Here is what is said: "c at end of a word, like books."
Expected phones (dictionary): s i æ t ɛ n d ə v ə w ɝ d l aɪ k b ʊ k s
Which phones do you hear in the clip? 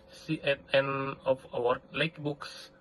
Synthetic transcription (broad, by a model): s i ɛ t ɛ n ə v ə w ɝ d l aɪ k b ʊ k s